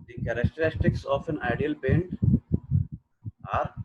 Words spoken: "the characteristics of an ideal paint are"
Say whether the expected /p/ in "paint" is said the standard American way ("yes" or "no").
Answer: no